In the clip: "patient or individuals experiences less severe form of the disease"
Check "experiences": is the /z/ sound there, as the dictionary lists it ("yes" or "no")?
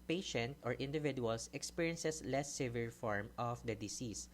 no